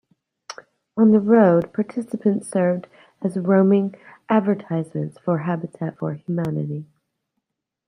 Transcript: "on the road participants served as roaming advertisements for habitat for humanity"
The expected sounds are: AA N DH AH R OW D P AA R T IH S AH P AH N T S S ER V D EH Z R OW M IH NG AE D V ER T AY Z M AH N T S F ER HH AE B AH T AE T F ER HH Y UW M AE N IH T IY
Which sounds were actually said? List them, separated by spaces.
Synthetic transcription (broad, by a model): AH N DH AH R OW D P AA R T IH S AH P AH N T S S ER V D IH Z R OW M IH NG AE D V ER T AY Z M AH N T S F ER HH AE B AH T AE T F ER HH Y UW M AE N IH T IY